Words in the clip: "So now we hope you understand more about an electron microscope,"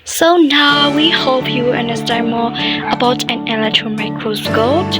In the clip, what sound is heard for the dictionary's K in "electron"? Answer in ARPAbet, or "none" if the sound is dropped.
K